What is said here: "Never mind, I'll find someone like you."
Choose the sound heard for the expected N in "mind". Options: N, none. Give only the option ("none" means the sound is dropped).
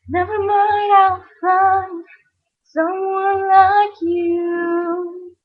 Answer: none